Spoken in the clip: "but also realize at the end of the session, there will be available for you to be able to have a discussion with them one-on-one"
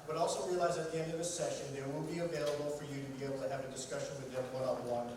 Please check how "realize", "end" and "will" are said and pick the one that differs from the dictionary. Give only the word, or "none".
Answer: will